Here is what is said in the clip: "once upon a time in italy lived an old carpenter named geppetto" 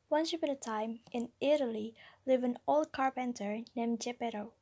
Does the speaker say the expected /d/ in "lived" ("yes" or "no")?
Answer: no